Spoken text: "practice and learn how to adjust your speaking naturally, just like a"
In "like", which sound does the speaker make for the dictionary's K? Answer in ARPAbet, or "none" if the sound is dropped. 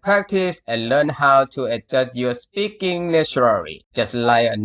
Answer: none